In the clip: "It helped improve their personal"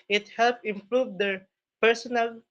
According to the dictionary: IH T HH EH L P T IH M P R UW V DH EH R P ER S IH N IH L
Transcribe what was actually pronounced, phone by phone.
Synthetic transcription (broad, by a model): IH T HH EH L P IH M P R UW V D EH R P ER S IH N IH L